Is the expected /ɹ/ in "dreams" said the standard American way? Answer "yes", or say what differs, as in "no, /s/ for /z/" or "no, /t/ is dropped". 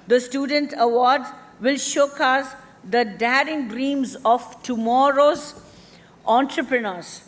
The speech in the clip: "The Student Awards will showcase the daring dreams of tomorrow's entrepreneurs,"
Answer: yes